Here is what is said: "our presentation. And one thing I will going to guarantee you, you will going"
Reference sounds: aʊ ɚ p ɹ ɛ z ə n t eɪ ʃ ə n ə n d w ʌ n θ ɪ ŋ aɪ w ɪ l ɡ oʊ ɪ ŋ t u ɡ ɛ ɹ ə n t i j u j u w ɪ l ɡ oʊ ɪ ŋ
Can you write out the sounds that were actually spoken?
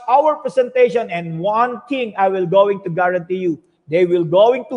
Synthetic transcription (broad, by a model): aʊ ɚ p ɹ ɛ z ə n t eɪ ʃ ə n ə n d w ʌ n t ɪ ŋ aɪ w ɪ l ɡ oʊ ɪ ŋ t u ɡ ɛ ɹ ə n t i j u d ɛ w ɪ l ɡ oʊ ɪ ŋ